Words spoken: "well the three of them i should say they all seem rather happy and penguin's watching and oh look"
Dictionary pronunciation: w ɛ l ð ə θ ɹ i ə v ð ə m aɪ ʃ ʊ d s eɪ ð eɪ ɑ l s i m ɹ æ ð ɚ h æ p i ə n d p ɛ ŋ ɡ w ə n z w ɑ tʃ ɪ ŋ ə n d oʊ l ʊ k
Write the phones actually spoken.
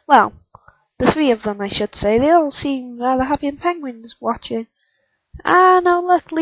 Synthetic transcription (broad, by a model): w ɛ l ð ə θ ɹ i ə v ð ə m aɪ ʃ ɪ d s eɪ ð eɪ ɑ l s i m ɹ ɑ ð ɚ h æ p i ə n p ɛ ŋ ɡ w ə n z w ɑ tʃ ɪ ŋ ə n oʊ l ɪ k